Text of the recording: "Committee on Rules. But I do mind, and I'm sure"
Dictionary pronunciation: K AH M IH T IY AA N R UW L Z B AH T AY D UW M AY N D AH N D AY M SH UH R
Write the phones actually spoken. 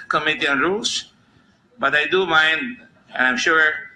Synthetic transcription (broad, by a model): K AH M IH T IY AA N R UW L S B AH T AY D UW M AY N D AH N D AY M SH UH R